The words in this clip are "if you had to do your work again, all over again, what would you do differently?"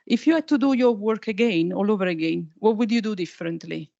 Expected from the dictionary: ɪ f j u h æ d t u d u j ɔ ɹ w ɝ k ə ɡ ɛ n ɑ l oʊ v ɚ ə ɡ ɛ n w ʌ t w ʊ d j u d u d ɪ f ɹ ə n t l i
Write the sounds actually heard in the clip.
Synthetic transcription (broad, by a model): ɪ f j u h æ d t u d u j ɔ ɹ w ɝ k ə ɡ ɛ n ɑ l oʊ v ɚ ə ɡ ɛ n w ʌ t w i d j u d u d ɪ f ɹ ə n t l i